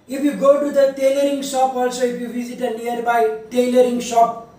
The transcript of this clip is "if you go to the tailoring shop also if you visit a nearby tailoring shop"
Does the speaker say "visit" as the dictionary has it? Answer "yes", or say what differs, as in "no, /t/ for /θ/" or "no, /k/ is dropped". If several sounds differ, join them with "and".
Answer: no, /b/ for /v/